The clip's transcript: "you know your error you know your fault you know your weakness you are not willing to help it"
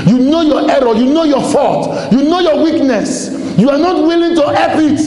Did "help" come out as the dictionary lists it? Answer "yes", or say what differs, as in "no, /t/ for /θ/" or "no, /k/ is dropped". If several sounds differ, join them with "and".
no, /l/ is dropped